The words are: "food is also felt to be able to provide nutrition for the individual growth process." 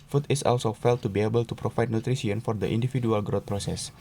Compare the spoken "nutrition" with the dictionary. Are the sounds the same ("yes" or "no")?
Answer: no